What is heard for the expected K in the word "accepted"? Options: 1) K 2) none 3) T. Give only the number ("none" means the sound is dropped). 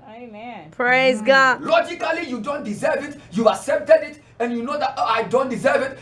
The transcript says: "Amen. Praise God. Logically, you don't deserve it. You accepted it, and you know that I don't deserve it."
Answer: 2